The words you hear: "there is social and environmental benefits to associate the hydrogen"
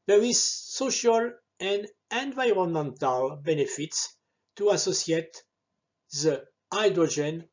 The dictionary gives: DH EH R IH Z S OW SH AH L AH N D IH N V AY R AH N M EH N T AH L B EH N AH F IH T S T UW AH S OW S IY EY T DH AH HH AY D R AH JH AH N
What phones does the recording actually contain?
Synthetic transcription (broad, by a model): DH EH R IH Z S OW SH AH L AH N D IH N V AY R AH N M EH N T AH L B EH N AH F IH T S T UW AH S OW S IY EY T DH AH AY D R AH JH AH N